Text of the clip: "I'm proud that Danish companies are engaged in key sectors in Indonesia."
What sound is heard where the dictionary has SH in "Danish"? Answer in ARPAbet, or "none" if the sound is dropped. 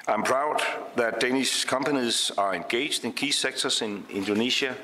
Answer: S